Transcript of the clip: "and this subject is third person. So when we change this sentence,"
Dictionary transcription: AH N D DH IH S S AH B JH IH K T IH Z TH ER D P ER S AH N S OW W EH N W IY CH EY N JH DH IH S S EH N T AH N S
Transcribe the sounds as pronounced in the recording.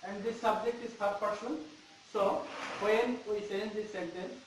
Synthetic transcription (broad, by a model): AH N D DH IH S S AH B JH IH K T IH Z F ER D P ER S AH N S OW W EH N W IY S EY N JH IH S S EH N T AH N S